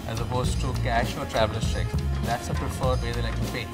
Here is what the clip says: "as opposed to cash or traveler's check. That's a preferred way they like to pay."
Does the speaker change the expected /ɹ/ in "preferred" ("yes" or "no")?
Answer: no